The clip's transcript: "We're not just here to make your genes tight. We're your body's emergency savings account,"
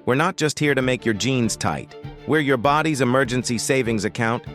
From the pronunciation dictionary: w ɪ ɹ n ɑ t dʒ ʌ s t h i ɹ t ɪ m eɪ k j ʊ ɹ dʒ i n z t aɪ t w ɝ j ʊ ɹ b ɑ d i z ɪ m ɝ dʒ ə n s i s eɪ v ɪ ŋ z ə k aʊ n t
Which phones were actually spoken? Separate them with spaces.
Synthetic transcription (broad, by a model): w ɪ ɹ n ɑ t dʒ ʌ s t h i ɹ t ɪ m eɪ k j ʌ ɹ dʒ i n z t aɪ t w ɝ j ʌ ɹ b ɑ d i z ɪ m ɝ dʒ ə n s i s eɪ v ɪ ŋ z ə k aʊ n t